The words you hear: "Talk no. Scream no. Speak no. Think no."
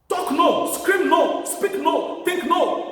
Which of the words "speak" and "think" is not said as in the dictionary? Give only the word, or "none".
think